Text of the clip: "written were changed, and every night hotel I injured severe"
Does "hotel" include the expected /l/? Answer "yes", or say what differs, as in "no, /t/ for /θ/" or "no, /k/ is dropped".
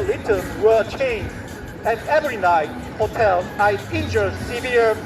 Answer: yes